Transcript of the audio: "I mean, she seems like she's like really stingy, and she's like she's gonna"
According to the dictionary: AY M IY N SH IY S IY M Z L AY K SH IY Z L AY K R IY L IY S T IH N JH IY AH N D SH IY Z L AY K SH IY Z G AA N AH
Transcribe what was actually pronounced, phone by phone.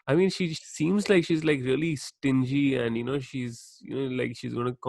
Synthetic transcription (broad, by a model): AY M IY N SH IY S IY M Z L AY K SH IY Z L AY K R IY L IY S T IH N JH IY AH N D SH IY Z L AY K SH IY Z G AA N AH